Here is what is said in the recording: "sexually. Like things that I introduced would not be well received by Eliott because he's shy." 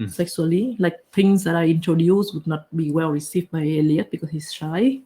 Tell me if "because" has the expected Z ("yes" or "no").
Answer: no